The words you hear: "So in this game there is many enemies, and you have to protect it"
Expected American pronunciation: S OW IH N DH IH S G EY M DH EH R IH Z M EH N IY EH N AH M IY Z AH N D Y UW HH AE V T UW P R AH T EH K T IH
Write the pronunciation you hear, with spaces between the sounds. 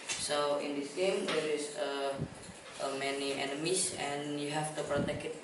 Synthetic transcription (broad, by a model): S OW IH N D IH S G EY M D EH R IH S M EH N IY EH N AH M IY S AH N Y UW HH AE F T UW P R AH T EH K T